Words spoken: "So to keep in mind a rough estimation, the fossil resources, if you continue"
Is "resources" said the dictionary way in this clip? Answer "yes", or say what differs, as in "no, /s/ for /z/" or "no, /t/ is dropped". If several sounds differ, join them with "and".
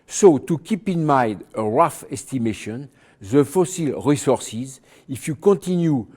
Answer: yes